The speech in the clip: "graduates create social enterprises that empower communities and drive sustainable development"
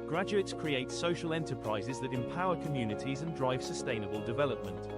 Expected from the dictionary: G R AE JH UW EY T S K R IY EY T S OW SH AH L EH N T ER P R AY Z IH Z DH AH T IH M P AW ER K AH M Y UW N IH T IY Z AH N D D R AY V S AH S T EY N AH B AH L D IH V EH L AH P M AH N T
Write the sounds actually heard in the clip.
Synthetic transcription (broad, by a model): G R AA JH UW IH T S K R IY EY T S OW SH AH L EH N T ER P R AY Z IH Z DH AH T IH M P AW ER K AH M Y UW N IH T IY Z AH N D D R AY V S AH S T EY N AH B AH L D IH V EH L AH P M AH N T